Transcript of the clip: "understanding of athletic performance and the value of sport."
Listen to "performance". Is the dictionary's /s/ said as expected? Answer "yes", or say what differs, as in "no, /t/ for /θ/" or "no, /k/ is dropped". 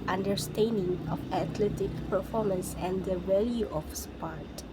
yes